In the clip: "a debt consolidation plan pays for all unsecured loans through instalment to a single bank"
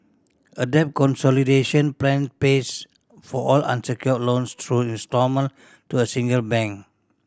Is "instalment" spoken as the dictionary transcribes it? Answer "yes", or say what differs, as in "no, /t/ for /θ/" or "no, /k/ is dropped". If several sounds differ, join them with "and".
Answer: no, /l/ is dropped